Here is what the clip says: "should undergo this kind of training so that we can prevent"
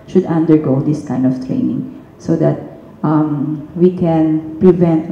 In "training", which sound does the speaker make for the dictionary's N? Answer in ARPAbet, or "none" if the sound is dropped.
N